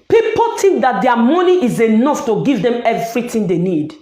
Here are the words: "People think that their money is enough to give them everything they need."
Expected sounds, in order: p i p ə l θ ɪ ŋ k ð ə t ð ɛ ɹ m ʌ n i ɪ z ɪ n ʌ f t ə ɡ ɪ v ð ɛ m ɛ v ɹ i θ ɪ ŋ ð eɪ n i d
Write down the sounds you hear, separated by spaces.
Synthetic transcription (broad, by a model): p i p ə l t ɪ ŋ k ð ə t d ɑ m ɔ n i ɪ z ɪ n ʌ f t ə ɡ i v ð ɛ m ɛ v ɹ i t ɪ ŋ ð eɪ n i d